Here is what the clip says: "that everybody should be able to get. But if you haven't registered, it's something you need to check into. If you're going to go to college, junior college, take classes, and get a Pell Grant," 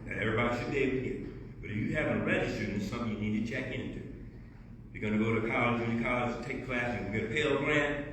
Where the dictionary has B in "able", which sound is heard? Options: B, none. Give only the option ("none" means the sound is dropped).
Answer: none